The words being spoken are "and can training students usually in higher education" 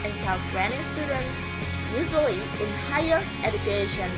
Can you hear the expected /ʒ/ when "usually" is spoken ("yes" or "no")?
no